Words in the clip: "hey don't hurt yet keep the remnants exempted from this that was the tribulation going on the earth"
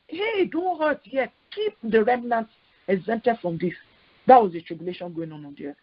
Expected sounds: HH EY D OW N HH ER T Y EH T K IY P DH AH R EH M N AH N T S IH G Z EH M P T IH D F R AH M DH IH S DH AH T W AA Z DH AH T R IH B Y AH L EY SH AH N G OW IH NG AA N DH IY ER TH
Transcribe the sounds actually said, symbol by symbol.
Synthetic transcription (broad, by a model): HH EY D OW N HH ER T Y EH T K IY P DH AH R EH M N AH N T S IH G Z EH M T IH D F R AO M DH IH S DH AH T W AA Z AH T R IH B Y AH L EY SH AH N G OW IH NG AA N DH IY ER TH